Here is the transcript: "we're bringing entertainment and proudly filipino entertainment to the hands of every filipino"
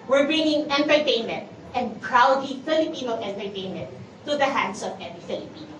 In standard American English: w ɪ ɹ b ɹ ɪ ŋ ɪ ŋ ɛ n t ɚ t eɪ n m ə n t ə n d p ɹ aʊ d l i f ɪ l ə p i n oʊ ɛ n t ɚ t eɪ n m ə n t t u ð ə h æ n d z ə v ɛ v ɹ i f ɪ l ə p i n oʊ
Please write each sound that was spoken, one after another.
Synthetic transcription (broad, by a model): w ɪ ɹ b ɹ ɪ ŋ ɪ ŋ ɛ n t ɚ t eɪ n m ə n t ə n d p ɹ aʊ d i f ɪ l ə p i n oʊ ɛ n t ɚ t eɪ n m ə n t t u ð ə h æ n d s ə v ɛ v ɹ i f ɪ l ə p i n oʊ